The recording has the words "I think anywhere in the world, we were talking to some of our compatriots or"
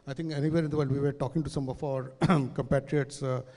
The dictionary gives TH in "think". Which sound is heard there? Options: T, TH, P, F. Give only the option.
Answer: T